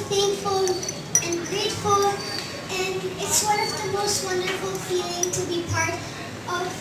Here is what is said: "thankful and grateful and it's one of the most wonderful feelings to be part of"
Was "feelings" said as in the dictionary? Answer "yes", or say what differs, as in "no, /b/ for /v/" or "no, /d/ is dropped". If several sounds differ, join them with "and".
no, /z/ is dropped